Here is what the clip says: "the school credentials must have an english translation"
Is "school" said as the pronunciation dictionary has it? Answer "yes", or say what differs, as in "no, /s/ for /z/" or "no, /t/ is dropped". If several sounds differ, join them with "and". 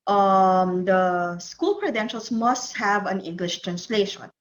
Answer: yes